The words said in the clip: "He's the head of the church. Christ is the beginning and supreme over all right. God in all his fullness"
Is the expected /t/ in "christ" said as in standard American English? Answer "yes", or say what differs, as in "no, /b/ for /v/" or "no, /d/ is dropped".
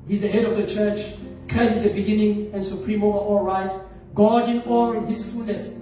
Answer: no, /t/ is dropped